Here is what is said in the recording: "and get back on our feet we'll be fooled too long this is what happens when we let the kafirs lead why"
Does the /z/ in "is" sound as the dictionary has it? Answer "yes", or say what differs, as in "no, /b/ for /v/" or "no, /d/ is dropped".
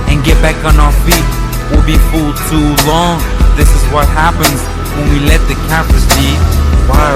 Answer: yes